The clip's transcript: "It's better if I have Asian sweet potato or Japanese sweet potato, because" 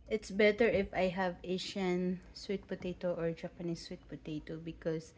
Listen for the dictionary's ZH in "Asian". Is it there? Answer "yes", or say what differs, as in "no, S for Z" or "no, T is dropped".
no, SH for ZH